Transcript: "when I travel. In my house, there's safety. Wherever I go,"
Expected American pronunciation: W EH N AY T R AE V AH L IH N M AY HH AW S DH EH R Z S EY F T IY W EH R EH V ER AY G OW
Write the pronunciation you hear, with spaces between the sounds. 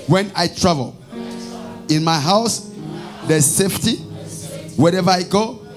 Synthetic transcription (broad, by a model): W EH N AY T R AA V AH L IH N M AY HH AW S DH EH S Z S EY F T IY W EH R EH V ER AY G OW